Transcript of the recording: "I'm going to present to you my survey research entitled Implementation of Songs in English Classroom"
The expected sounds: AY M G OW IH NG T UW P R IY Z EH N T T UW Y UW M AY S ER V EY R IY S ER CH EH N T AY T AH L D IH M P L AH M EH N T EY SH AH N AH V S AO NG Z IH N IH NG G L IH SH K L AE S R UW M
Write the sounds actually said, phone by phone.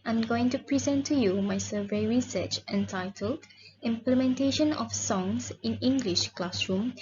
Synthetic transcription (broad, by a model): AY M G OW IH NG T UW P R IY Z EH N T T UW Y UW M AY S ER V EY R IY S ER CH EH N T AY T AH L D IH M P L AH M EH N T EY SH AH N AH F S AO NG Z IH N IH NG G L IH SH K L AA S R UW M